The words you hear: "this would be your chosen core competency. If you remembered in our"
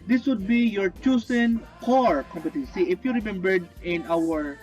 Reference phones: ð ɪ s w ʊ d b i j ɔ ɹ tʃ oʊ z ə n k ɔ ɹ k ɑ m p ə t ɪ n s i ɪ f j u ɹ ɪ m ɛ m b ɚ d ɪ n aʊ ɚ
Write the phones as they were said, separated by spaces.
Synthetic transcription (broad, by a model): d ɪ s w ʊ d b i j ɔ ɹ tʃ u s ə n k ɔ ɹ k ɑ m p ə t ɪ n s i ɪ f j u ɹ ɪ m ɛ m b ɚ d ɪ n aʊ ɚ